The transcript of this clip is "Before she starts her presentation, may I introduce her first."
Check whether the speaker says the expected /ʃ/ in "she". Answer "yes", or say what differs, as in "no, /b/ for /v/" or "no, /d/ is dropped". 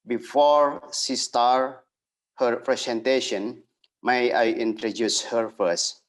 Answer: no, /s/ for /ʃ/